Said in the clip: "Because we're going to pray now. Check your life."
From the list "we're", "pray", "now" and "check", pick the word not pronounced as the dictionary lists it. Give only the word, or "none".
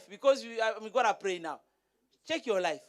we're